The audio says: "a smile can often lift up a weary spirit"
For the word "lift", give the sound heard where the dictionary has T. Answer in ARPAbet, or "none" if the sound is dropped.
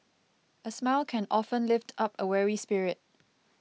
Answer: T